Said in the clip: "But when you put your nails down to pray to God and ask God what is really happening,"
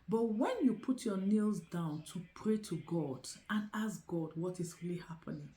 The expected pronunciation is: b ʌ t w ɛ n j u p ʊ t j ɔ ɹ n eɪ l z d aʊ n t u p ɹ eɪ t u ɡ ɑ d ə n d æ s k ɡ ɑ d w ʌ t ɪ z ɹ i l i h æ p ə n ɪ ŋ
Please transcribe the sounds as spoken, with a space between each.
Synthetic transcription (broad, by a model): b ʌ t w ɛ n j u p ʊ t j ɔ n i l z d aʊ n t u p ɹ eɪ t u ɡ ɑ d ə n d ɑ s ɡ ɑ d w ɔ t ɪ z ɹ i l i h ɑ p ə n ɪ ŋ